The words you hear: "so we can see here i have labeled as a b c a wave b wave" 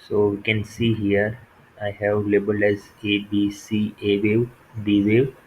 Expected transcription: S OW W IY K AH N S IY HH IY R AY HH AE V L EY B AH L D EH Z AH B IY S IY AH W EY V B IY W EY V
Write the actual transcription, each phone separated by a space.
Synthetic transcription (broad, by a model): S OW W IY K AH N S IY HH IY R AY HH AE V L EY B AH L EH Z AH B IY S IY AH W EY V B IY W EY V